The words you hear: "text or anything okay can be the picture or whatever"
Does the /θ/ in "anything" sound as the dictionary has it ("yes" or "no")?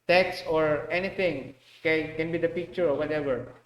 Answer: no